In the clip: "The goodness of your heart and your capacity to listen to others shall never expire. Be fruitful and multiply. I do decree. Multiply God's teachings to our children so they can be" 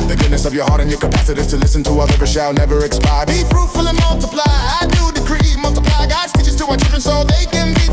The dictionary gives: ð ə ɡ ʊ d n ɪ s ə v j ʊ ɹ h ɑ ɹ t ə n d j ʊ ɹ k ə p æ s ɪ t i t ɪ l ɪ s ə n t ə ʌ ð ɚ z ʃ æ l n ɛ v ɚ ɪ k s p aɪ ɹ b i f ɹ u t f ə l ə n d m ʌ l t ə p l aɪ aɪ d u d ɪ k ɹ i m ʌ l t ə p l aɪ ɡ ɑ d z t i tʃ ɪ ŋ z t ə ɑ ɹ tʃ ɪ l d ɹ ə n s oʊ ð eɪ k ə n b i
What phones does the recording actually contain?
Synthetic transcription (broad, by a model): ð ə ɡ ʊ d n ɪ s ə v j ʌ ɹ h ɑ ɹ t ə n j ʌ ɹ k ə p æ s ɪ t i t ɪ l ɪ s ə n t ə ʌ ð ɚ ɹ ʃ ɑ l n ɛ v ɚ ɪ k s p aɪ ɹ b i p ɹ u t f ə l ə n m ʌ l t ə p l aɪ aɪ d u d ɪ k ɹ i m ʌ l t ə p l aɪ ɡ ɑ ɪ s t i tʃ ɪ z t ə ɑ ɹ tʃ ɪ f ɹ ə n s oʊ ð eɪ k ə n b i